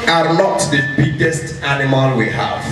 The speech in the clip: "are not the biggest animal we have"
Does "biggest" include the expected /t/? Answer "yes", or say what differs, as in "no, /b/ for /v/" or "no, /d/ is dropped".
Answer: yes